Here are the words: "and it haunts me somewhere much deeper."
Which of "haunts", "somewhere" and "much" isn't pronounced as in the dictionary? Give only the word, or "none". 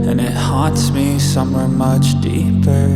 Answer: haunts